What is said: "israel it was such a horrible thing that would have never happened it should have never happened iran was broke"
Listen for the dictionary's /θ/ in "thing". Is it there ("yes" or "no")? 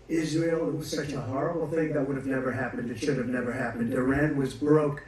yes